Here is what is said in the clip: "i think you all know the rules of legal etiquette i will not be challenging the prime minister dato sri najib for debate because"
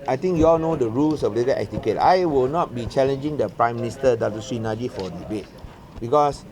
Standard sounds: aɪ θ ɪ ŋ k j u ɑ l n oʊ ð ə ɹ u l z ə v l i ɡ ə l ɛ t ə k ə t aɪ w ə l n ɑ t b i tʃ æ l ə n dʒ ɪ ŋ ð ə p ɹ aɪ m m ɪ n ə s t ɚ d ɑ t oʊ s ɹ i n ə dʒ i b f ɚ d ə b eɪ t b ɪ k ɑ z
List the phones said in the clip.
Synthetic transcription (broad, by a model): aɪ t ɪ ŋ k j u ɑ l n oʊ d ə ɹ u l s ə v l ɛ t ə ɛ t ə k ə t aɪ w ə l n ɑ t b i tʃ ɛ l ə n dʒ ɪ ŋ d ə p ɹ aɪ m m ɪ n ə s t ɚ d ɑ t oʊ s i n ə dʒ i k f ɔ d ə b eɪ t b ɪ k ɑ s